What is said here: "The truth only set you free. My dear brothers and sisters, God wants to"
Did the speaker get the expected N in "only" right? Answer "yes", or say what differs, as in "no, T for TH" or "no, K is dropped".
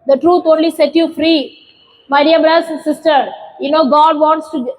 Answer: yes